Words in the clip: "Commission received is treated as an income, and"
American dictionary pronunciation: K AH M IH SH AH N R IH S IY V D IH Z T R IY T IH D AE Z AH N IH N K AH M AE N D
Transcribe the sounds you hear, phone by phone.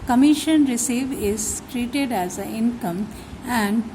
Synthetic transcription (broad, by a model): K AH M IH SH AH N R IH S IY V IH Z T R IY T IH D AE Z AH IH N K AH M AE N D